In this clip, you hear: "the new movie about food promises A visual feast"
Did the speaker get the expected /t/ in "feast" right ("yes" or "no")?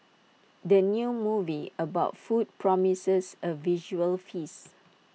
no